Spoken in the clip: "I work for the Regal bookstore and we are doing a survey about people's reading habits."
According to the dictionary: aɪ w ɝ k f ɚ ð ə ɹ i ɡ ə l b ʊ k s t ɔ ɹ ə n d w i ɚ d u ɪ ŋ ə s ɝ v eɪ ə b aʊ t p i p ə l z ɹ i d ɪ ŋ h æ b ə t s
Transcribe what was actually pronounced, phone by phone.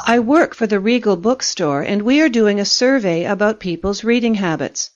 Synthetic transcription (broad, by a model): aɪ w ɝ k f ɚ ð ə ɹ i ɡ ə l b ʊ k s t ɔ ɹ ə n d w i ɚ d u ɪ ŋ ə s ɝ v eɪ ə b aʊ t p i p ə l z ɹ i d ɪ ŋ h æ b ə t s